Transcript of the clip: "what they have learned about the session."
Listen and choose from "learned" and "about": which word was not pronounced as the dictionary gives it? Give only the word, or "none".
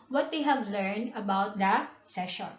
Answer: none